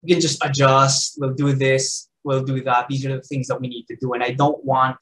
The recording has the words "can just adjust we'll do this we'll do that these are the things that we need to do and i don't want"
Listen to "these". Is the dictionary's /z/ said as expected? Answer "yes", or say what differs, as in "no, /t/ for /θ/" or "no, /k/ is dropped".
yes